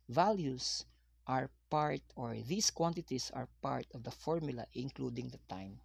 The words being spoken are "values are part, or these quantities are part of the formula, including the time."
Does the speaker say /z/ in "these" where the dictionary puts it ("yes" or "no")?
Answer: no